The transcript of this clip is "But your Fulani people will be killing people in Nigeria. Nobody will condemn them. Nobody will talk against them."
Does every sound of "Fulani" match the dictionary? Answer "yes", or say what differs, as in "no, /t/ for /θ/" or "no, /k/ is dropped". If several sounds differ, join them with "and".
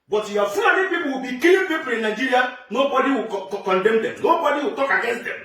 no, /l/ is dropped